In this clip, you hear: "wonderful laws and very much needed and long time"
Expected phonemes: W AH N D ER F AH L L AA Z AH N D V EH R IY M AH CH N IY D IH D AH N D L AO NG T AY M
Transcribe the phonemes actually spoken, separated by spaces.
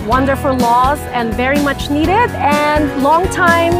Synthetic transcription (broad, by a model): W AH N D ER F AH L L AA Z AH N V EH R IY M AH CH N IY D IH D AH N L AO NG T AY M